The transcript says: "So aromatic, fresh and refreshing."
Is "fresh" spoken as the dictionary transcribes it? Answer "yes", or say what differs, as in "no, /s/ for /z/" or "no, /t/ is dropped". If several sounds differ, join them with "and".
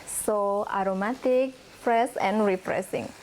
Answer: no, /s/ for /ʃ/